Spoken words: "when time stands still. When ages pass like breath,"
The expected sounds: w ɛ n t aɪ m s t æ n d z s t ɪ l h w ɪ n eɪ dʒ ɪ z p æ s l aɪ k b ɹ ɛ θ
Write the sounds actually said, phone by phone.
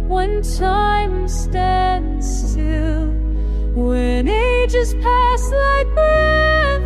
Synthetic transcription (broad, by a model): w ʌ n t aɪ m s t æ n d z s t ɪ l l w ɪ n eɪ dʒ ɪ s p æ s l aɪ k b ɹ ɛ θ